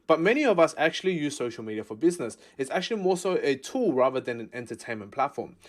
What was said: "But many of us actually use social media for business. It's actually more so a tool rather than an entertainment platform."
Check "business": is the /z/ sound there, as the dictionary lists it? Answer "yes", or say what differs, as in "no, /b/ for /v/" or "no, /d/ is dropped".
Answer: yes